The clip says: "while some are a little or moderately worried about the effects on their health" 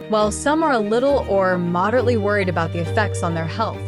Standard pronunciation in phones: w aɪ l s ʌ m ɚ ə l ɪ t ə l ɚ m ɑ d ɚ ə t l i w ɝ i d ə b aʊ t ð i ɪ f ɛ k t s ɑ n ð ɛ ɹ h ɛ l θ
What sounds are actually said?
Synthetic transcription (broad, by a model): w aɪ l s ʌ m ɚ ə l ɪ t l ɚ m ɑ d ɚ ə t l i w ɝ i d ə b aʊ t ð i ɪ f ɛ k t s n ð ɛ ɹ h ɛ l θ